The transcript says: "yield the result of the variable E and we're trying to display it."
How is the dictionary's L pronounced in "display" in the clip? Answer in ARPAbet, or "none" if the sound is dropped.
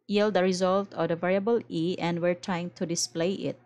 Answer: L